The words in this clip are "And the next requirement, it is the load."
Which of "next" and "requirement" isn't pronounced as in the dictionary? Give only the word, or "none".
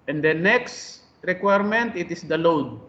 none